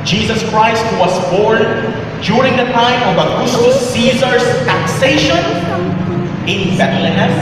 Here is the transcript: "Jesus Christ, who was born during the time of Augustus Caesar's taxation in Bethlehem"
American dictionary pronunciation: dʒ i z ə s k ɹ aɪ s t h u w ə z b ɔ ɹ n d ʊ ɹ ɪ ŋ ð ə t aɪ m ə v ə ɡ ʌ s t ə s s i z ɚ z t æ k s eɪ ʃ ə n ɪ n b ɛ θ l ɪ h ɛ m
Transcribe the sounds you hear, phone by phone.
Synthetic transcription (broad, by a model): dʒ i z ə s k ɹ aɪ s t w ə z b ɔ ɹ n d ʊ ɹ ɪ ŋ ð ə t aɪ m ə v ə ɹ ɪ s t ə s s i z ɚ s t æ k s eɪ ʃ ə n ɪ n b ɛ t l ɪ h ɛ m